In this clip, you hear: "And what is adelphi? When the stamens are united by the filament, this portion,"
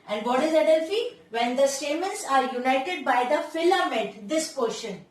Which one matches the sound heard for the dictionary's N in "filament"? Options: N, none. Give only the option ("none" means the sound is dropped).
none